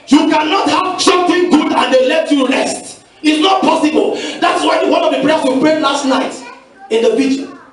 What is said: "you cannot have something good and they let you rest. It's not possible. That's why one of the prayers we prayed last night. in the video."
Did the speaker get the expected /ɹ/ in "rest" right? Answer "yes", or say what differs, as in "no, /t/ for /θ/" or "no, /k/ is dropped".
no, /l/ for /ɹ/